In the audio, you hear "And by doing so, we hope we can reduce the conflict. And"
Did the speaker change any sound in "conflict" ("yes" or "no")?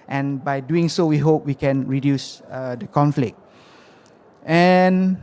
no